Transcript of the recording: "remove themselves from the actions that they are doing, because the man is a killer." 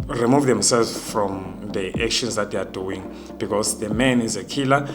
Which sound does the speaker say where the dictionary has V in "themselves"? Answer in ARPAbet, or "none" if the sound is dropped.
none